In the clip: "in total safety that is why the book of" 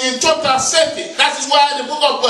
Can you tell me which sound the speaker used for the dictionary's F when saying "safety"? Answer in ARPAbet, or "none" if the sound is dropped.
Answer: none